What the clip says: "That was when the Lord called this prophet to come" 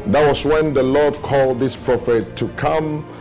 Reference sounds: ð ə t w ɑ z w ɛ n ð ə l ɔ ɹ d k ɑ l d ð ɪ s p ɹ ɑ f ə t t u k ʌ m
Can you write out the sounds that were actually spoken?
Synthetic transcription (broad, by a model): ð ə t w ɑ s w ɛ n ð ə l ɔ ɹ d k ɑ l d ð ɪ s p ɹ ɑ f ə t t u k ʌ m